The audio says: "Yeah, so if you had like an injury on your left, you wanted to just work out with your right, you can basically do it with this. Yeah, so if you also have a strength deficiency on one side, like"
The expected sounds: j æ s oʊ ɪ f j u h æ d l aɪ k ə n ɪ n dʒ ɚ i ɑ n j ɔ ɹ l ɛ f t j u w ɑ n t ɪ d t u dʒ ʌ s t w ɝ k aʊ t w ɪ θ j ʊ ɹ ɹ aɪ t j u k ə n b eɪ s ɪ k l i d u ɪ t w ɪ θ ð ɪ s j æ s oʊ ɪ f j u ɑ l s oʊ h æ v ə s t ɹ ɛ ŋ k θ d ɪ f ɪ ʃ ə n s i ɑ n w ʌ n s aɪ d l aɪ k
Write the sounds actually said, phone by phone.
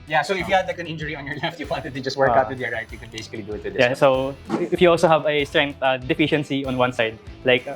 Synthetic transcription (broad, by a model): j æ s oʊ ɪ f j u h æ d l aɪ k ə n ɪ n dʒ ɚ i ɑ n j ɔ ɹ l ɛ f t j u w ɑ n t ɪ d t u dʒ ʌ s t w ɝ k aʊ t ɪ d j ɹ ɹ aɪ t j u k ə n b eɪ s ɪ k l i d u ɪ t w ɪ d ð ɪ j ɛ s oʊ ɪ f j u ɑ l s oʊ h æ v ə s t ɹ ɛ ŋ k t d ɪ f ɪ ʃ ə n s i ɑ n w ʌ n s aɪ d l aɪ k